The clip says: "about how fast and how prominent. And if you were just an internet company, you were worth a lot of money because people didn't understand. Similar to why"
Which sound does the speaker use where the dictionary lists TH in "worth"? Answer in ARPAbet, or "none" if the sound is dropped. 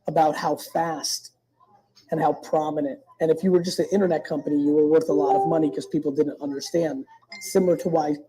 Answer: TH